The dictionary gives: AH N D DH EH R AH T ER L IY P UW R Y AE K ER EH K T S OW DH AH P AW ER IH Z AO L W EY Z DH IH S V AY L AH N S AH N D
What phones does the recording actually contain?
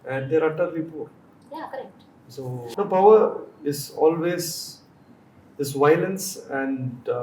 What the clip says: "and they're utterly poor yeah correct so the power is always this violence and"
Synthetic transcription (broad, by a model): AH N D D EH R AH T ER IY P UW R Y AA K ER EH K T S OW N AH P AW ER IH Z AO L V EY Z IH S V AY L AH N S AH N D